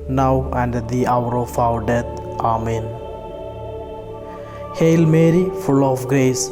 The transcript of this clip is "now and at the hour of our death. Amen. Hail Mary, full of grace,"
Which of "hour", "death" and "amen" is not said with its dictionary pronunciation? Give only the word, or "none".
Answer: death